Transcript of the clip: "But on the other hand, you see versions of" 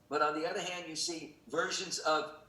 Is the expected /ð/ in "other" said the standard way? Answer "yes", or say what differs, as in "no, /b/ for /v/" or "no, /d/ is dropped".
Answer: yes